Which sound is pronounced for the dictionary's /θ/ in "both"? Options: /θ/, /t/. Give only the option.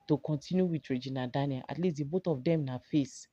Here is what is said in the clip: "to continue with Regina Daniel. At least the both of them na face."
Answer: /t/